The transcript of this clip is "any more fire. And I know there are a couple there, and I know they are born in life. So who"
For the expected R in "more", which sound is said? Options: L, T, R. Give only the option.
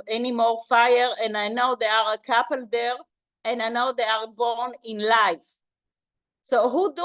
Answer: R